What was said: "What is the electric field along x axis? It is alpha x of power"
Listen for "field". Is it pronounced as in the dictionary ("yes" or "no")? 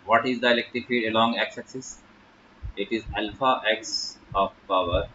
no